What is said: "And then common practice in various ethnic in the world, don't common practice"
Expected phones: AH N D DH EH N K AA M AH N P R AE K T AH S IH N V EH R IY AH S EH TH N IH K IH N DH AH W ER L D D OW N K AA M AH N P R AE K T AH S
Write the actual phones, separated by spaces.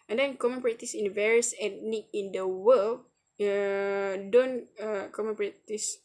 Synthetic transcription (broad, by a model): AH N D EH N K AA M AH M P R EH T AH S IH N V EH R IY AH S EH T N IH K IH N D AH W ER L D D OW N K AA M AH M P R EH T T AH S